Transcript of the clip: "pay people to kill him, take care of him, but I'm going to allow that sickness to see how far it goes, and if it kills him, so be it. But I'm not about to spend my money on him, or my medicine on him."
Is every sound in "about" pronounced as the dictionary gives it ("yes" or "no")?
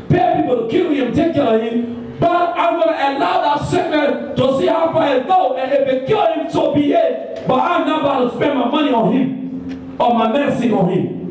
no